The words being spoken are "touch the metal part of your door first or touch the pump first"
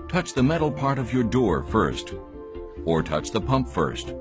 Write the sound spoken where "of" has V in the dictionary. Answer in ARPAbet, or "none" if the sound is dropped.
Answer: V